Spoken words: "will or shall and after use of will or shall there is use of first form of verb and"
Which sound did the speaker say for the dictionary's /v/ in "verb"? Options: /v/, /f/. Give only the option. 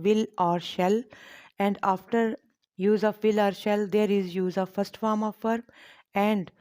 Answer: /f/